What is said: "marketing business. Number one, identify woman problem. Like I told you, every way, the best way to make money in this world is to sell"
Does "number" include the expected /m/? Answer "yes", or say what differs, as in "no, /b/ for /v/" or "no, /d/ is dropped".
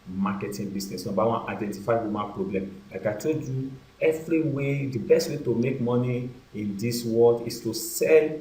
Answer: no, /m/ is dropped